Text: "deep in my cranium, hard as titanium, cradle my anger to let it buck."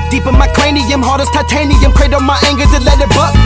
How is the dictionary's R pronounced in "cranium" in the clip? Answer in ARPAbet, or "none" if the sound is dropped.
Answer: L